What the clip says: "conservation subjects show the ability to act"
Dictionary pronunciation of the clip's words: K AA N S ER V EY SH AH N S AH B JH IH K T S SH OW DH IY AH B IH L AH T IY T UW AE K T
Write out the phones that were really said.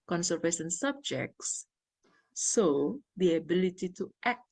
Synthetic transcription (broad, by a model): K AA N S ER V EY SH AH N S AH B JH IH K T S S OW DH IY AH B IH L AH T IY T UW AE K